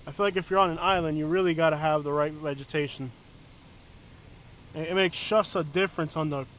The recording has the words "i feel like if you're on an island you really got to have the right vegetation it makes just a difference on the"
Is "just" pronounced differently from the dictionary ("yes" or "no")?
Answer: yes